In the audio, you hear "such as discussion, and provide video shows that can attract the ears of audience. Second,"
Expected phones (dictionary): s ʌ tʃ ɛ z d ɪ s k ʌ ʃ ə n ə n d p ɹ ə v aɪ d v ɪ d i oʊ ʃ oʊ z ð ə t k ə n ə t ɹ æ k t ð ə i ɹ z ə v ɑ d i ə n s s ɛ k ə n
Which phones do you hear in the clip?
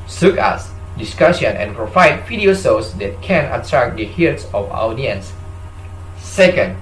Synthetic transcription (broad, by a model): s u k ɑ s d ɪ s k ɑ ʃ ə n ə n p ɹ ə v aɪ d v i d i oʊ s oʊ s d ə t k ə n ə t ɹ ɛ k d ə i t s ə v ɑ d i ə n s s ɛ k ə n